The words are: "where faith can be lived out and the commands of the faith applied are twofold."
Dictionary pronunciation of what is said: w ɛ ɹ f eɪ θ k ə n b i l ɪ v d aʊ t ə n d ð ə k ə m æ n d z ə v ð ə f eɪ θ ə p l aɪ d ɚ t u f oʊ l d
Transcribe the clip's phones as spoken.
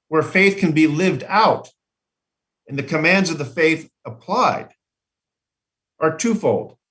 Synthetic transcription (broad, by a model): w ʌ ɹ f eɪ θ k ə n b i l ɪ v d aʊ t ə n ð ə k ə m æ n d z ə v ð ə f eɪ θ ə p l aɪ d ɚ t u f oʊ l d